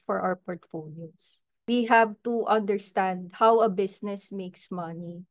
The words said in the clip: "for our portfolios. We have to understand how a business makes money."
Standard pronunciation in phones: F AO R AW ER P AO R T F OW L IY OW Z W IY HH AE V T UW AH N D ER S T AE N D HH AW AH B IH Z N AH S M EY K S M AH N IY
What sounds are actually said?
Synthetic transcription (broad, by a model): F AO R AW ER P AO R T F OW L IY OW S W IY HH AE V T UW AH N D ER S T AE N D HH AW AH B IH S N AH S M EY K S M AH N IY